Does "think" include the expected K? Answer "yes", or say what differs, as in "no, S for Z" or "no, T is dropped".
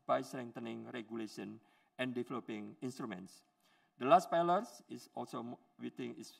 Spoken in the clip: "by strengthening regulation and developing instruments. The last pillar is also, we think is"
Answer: no, K is dropped